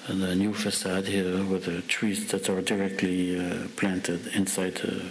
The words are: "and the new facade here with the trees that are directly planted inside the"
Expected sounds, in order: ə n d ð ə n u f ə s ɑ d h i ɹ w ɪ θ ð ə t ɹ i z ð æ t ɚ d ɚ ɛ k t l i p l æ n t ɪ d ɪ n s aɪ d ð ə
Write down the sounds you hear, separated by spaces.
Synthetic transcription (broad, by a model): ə n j u f ə s ɑ d h i ɹ w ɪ ð ə t ɹ i z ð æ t ɚ d ɚ ɛ k t l i p l æ n t ɪ d ɪ n s aɪ d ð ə